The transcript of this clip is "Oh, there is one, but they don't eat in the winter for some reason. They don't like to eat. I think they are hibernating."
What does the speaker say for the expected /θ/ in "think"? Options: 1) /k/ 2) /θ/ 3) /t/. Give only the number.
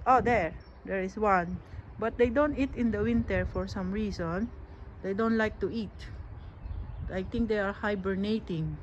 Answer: 3